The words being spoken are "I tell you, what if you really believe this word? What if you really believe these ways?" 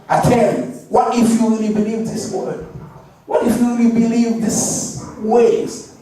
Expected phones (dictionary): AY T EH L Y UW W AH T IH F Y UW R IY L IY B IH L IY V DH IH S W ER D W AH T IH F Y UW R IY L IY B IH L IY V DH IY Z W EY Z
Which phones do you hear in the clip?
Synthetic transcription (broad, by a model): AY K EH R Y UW W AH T IH F Y UW R IY L IY B IH L IY V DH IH S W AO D W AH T IH F Y UW R IY L IY B IH L IY V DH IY S W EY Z